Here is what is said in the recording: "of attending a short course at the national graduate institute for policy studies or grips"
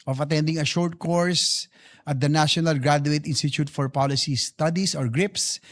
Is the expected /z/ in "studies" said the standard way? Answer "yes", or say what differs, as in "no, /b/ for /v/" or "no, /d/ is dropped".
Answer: no, /s/ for /z/